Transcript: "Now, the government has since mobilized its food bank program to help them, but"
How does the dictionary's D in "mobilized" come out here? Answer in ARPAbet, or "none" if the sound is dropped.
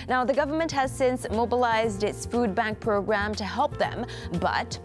D